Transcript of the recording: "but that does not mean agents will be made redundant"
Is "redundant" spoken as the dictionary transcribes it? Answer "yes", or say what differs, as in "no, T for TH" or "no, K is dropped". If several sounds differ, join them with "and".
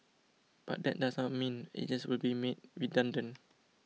no, T is dropped